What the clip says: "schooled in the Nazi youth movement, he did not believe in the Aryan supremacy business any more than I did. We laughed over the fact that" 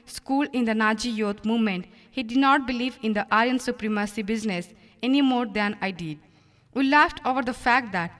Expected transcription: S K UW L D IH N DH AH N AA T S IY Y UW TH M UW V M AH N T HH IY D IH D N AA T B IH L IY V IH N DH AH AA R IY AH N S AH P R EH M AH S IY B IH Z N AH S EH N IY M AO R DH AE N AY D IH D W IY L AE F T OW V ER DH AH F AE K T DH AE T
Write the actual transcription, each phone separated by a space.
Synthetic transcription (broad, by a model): S K UW L IH N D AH N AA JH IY Y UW T M UW V M AH N T HH IY D IH D N AA T B IH L IY V IH N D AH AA IY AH N S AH P R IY M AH S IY B IH Z N AH S EH N IY M AO R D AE N AY D IH D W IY L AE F T OW V ER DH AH F AE K T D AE T